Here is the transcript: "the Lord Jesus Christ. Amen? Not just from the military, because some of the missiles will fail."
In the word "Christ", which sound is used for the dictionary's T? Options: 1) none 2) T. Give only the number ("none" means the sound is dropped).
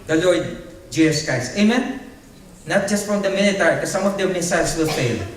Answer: 1